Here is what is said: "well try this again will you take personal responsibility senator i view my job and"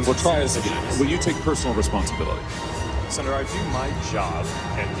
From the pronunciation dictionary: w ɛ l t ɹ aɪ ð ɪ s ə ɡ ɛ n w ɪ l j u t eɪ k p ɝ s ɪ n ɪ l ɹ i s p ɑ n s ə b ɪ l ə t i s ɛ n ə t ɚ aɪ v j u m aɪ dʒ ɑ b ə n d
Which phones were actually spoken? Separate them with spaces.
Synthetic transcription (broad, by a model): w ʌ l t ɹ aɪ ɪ ə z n w ɪ l j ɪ t eɪ k p ɝ s n l ɹ i s p ɑ n s ə b ɪ l ə t i s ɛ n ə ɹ aɪ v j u m aɪ dʒ ɑ b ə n